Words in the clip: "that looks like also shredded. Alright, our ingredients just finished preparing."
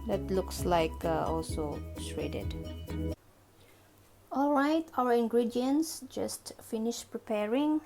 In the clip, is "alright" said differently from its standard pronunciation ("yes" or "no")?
no